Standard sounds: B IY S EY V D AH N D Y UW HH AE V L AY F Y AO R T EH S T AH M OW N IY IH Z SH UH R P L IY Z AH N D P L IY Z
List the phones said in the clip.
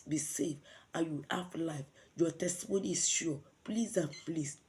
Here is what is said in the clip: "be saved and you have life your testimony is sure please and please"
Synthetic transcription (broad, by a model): B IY S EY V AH Y UW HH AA F L AY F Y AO T EH S T AH M OW N IY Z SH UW P L IY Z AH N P L IY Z